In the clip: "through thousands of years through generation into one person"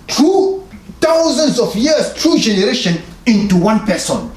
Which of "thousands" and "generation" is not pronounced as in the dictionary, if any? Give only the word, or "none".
thousands